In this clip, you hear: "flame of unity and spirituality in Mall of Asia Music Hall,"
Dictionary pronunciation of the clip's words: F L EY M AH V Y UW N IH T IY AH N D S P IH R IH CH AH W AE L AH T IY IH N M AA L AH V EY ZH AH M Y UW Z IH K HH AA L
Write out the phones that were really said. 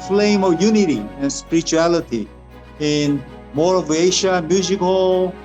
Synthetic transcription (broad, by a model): F L EY M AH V Y UW N IH T IY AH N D S P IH R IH CH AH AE L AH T IY IH N M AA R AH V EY SH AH M Y UW Z IH K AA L